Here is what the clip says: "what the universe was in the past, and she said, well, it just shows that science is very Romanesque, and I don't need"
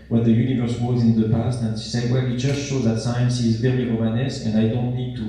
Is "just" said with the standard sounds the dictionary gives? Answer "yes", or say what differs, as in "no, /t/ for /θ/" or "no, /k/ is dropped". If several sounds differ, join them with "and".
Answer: no, /tʃ/ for /dʒ/